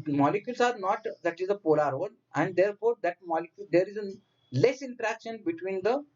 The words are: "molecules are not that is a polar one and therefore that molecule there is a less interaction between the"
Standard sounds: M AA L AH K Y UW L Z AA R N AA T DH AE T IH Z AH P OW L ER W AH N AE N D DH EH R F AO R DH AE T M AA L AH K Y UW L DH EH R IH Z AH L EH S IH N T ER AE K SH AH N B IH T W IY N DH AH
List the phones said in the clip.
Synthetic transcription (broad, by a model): M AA L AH K Y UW L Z AA R N AA T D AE T IH Z AH P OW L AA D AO L AE N D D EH R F AO R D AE T M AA L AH K Y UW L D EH R IH Z AH L EH S IH N T ER AE K SH AH N B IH T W IY N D AH